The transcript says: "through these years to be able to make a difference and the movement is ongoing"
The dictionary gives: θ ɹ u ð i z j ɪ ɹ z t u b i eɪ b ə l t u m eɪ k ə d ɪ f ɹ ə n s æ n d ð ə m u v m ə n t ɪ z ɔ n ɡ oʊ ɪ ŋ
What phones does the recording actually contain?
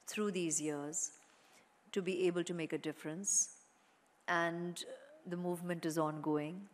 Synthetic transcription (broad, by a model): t ɹ u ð i z j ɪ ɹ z t u b i eɪ b ə l t u m eɪ k ə d ɪ f ɹ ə n s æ n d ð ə m u v m ə n t ɪ z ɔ n ɡ oʊ ɪ ŋ